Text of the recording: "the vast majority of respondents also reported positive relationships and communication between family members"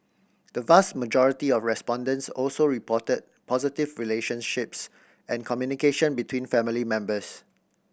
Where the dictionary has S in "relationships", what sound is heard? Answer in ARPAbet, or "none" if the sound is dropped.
S